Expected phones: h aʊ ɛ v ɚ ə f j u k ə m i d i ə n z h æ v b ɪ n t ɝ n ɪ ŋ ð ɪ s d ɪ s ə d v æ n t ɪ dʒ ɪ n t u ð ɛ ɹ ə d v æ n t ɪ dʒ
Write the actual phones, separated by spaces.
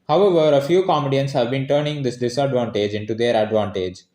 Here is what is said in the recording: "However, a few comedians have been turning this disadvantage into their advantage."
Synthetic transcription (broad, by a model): h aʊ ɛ v ɚ ə f j u k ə m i d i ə n s h æ v b ɪ n t ɝ n ɪ ŋ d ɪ s d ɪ s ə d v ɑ n t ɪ dʒ ɪ n t u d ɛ ɹ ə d v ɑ n t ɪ dʒ